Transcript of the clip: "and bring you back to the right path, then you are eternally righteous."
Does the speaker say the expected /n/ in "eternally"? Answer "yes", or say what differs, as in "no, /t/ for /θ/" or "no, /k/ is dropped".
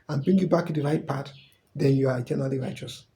no, /n/ is dropped